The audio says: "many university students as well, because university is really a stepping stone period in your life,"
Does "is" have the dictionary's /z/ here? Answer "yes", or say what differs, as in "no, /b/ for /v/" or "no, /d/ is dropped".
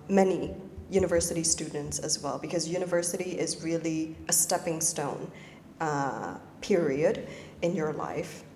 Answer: yes